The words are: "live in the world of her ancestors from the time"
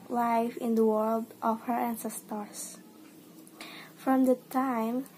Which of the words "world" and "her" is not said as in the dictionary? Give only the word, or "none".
none